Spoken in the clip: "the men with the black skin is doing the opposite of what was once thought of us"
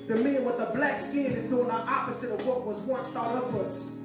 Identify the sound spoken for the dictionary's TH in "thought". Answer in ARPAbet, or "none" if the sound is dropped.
T